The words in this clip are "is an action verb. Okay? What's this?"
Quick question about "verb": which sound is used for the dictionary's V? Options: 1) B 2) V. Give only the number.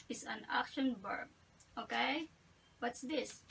1